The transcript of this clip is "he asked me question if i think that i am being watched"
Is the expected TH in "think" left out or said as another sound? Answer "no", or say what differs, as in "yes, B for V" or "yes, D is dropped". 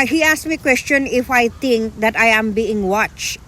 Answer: yes, T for TH